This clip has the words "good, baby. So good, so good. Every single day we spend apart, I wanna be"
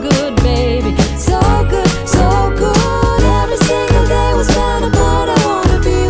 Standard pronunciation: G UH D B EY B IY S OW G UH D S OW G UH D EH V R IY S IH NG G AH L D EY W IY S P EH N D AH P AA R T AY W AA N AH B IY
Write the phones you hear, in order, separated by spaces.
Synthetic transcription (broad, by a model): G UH D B EY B IY S OW G UH D S OW G UH D EH V R IY S IH NG G AH L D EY W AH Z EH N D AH B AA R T AY W AA N AH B IY